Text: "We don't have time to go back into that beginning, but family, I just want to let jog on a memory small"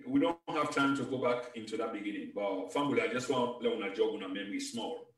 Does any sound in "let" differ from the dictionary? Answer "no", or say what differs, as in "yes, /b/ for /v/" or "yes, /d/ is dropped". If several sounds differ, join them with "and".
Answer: yes, /n/ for /l/